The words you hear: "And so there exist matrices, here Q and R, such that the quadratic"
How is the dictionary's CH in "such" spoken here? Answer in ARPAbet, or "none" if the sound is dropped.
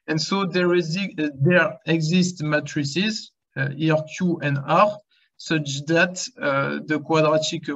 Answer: CH